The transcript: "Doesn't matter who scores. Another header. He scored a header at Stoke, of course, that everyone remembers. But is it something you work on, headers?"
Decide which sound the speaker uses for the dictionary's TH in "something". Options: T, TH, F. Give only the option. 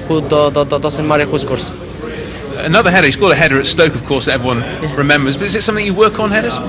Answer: TH